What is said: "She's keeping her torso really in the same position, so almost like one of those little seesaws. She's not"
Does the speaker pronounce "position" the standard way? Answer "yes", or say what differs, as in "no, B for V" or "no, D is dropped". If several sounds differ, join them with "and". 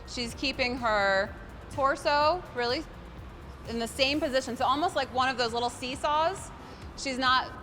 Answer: yes